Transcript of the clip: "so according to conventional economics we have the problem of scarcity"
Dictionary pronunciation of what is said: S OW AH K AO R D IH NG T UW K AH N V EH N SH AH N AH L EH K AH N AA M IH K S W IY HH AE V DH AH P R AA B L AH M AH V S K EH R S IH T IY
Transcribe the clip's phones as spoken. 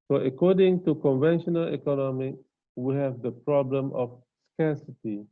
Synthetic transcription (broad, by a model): S OW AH K AO D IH NG T UW K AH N V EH N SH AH N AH L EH K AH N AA M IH K W IY HH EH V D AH P R AA B L AH M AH F S K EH S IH T IY